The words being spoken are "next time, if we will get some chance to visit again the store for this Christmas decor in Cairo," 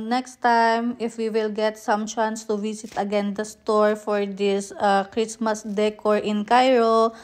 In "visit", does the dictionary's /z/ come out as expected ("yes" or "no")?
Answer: no